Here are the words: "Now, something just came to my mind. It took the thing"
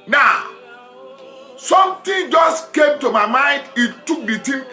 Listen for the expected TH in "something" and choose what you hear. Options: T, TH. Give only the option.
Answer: T